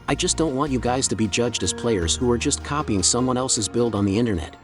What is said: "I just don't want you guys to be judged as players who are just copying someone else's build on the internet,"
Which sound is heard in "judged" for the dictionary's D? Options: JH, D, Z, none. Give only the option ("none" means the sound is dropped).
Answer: D